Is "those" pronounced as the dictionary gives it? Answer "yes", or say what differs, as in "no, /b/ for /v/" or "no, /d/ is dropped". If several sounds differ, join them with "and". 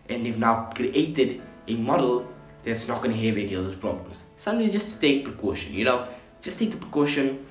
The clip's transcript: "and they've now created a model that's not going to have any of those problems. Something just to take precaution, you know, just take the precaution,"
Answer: no, /z/ is dropped